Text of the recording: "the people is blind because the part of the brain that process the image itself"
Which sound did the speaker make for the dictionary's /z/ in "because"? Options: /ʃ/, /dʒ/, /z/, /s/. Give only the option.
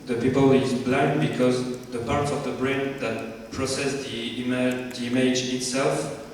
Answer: /z/